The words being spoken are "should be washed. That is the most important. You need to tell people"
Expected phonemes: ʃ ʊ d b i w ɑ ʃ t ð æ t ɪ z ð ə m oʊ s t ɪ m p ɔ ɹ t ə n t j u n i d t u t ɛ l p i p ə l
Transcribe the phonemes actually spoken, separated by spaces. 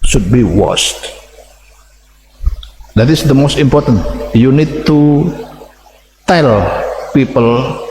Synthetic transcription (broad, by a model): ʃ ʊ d b i w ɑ s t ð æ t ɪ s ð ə m oʊ s t ɪ m p ɔ ɹ t ə n t j u n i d t u t ɛ l p i p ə l